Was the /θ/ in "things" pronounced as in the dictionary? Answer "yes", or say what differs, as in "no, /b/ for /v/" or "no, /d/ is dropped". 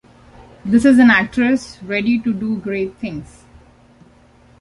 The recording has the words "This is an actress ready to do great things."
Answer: no, /t/ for /θ/